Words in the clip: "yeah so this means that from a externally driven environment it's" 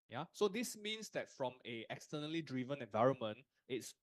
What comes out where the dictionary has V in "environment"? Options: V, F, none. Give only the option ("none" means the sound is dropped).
V